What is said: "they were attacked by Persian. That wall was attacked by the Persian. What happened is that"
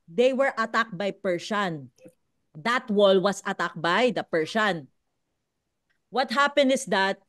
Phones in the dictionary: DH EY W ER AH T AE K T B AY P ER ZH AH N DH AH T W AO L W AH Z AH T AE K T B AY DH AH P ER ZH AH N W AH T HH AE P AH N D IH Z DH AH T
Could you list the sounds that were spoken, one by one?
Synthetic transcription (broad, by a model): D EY W ER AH T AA K B AY P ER SH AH N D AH T W AO L W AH S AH T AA K B AY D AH P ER SH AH N W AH T HH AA P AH N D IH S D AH T